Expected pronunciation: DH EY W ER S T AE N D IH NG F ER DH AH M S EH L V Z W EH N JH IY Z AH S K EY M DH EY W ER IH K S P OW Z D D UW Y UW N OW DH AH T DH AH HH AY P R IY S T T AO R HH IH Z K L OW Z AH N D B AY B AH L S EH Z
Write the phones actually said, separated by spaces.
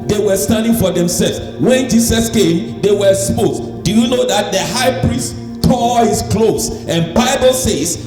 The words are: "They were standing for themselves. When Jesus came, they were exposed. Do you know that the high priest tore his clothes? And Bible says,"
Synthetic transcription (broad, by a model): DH EY W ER S T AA N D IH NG F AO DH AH M S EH L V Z W EH N JH IY S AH S K EY M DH EY W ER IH S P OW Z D D UW Y UW N OW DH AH T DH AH HH AY P R IY S T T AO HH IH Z K L OW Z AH N B AY B AH L S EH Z